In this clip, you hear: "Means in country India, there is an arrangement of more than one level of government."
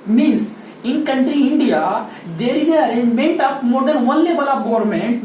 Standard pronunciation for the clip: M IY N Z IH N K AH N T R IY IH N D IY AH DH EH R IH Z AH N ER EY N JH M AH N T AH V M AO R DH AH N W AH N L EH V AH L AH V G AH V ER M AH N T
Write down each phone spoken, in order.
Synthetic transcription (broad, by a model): M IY N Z IH N K AH N T R IY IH N D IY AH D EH R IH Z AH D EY N JH M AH N T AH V M AO R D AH N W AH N L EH B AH L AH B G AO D M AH N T